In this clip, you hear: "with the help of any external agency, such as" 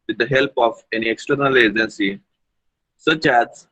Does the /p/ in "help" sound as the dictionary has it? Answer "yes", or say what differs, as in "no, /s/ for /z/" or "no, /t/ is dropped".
yes